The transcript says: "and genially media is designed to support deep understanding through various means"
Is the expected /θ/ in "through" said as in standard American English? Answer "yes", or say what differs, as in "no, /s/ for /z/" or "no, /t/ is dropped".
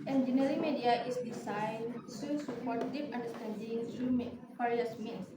no, /t/ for /θ/